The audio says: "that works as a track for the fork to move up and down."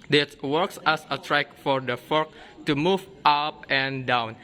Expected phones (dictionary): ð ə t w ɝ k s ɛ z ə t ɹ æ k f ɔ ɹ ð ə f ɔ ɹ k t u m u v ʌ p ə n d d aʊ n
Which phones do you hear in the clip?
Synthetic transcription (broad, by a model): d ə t w ɝ k s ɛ s ə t ɹ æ k f ɔ ɹ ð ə f ɔ ɹ k t u m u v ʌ p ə n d d aʊ n